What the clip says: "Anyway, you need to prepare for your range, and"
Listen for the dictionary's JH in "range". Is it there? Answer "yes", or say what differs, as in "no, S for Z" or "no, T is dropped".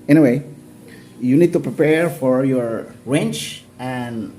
no, CH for JH